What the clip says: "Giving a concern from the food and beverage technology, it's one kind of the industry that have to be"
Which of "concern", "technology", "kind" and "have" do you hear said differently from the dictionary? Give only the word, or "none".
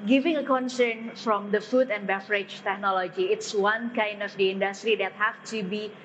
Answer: have